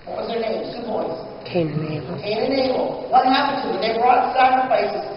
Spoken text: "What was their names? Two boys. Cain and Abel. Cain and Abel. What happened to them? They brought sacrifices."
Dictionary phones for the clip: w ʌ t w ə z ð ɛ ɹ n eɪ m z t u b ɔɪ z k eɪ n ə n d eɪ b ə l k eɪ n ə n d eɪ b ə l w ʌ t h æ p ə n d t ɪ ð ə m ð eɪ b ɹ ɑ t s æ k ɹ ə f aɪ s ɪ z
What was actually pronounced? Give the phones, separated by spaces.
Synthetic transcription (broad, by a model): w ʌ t w ə z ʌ ɹ n eɪ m t u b ɔɪ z k eɪ n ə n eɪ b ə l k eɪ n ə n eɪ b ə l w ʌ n h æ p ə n t ɪ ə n ð eɪ b ɹ ɑ t s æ k ɹ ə f aɪ s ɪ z